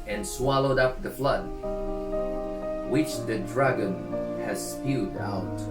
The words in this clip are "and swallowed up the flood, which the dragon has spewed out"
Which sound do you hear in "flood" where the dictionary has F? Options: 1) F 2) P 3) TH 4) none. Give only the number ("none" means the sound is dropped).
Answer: 1